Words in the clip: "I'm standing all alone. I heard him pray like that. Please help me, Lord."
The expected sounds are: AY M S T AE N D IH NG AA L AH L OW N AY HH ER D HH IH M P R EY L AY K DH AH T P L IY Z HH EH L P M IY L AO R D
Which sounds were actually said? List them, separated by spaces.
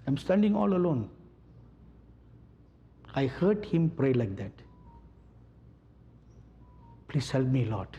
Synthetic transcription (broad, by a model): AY M S T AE N D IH NG AA L AH L OW N AY HH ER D HH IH M P R EY L AY K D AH T P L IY S HH EH L P M IY L AO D